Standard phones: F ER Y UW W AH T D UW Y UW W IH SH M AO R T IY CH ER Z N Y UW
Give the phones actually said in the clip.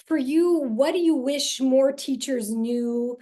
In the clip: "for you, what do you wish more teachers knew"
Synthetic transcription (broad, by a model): F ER Y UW W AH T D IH Y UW W IH SH M AO R T IY CH ER Z N Y UW